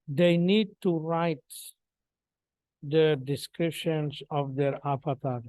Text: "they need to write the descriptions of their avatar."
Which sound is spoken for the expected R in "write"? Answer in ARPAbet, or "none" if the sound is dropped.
R